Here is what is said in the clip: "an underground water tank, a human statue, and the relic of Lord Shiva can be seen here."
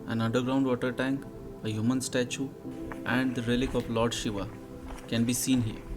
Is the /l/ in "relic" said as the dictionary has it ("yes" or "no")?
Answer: yes